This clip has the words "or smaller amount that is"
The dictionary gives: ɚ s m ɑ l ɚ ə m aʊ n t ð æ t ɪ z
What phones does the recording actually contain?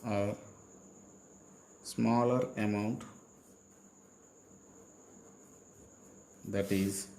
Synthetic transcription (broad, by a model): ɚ s m ɑ l ɚ ə m aʊ n t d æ t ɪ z